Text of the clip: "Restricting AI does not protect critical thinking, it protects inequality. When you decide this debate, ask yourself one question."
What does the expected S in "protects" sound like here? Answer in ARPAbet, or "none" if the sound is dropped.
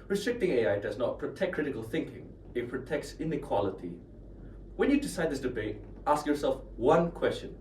S